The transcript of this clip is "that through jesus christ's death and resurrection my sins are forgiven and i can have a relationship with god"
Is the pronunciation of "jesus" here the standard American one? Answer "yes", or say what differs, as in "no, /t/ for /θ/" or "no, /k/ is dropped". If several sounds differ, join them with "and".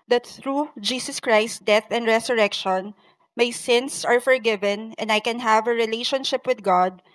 no, /s/ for /z/